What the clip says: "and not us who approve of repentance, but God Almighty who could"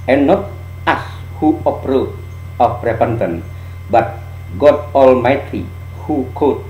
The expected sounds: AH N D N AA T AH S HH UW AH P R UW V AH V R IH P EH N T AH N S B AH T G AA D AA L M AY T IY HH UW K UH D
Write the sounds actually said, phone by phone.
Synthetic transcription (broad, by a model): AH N N AA T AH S HH UW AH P R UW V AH P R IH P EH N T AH N B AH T G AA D AA L M AY T IY HH UW K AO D